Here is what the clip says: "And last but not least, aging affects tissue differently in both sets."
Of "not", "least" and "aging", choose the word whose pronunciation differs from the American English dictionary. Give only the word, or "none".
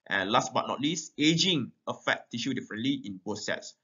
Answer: none